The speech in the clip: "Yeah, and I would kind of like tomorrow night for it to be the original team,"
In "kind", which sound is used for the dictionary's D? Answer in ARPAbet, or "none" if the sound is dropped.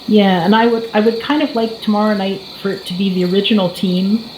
D